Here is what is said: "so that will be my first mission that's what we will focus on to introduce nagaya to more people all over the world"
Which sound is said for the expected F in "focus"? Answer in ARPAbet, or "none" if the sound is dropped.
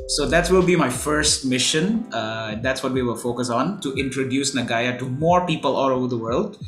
F